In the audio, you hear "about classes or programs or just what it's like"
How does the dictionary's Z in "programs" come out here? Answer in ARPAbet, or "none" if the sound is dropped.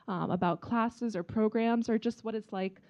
Z